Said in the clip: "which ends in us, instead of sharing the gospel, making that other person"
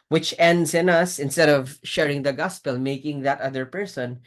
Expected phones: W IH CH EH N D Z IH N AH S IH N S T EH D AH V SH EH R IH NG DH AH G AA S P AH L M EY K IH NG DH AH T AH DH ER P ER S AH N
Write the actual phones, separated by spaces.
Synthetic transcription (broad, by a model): W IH CH EH N D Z IH N AH S IH N S T EH D AH V SH EH R IH NG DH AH G AA S P AH L M EY K IH NG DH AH T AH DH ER P ER S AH N